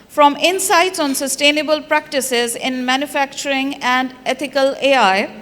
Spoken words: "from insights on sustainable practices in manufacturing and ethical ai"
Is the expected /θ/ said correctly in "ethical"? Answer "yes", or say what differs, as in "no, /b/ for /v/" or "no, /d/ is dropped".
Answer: no, /t/ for /θ/